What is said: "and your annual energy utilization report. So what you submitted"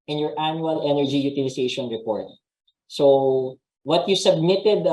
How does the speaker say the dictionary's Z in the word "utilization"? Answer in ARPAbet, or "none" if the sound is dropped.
S